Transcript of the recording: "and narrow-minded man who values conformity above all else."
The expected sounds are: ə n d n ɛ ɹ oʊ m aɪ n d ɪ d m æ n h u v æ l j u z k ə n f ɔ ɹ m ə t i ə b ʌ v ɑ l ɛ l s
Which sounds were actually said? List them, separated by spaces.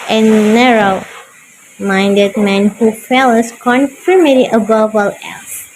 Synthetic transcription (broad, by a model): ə n n ɛ ɹ oʊ m aɪ n d ɪ d m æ n h u f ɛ l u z k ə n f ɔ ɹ m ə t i ə b ʌ v ɑ l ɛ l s